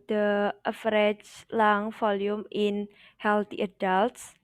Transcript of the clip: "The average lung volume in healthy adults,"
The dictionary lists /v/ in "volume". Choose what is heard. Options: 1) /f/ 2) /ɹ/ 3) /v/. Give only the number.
1